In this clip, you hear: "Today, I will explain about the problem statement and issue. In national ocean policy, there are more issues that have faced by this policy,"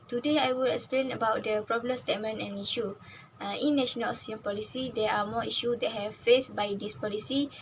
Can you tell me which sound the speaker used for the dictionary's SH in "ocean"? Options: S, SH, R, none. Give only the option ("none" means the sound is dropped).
S